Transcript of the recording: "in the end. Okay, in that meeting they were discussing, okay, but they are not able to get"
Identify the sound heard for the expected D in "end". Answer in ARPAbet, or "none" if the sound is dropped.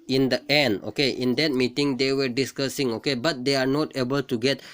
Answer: D